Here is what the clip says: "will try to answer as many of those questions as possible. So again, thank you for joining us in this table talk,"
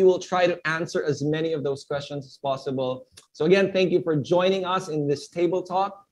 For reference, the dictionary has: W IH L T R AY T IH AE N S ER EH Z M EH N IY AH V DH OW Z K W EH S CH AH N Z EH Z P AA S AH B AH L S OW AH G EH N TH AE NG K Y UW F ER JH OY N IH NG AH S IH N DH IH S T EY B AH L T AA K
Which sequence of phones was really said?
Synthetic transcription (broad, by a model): W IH L T R AY T IH AE N S ER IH Z M EH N IY AH V DH OW Z K W EH S CH AH N Z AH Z P AA S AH B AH L S OW AH G EH N TH AE NG K Y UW F ER JH OY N IH NG AH S IH N DH IH S T EY B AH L T AA K